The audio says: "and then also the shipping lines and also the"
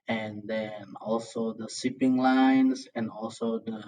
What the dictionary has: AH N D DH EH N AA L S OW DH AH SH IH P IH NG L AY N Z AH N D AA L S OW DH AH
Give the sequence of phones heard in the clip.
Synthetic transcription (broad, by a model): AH N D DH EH N AA L S OW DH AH S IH P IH NG L AY N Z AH N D AA L S OW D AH